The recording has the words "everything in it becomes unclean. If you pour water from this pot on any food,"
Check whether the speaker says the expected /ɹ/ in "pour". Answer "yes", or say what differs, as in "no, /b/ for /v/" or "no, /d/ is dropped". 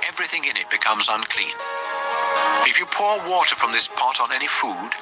yes